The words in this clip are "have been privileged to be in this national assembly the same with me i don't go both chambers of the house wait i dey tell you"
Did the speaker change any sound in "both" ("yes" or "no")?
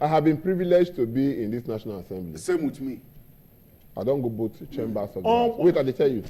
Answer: yes